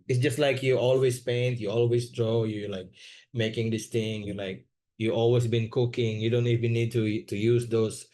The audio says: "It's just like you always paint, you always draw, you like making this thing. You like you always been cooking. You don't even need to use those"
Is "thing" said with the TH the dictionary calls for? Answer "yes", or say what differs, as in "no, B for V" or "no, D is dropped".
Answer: no, T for TH